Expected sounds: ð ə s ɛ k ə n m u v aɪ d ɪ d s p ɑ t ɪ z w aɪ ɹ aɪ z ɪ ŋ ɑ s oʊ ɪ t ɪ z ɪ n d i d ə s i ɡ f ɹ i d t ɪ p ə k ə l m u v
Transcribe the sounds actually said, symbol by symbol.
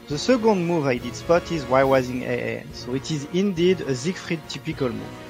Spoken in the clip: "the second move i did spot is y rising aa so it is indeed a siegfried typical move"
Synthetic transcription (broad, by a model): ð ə s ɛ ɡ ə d m u v aɪ d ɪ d s p ɑ t ɪ z w aɪ w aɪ z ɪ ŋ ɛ s oʊ ɪ t ɪ z ɪ n d i d ə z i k f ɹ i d t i p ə k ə l m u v